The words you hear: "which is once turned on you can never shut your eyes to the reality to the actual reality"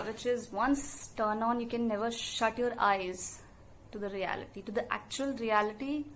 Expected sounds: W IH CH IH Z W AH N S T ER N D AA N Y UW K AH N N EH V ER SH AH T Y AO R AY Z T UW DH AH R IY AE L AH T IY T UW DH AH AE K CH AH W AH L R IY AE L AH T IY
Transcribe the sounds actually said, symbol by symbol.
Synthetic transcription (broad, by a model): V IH CH IH Z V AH N S T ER N AA N Y UW K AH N N EH V ER SH AH T Y AO R AY Z T UW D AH R IY AE L AH T IY T UW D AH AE K CH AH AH L R IY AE L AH T IY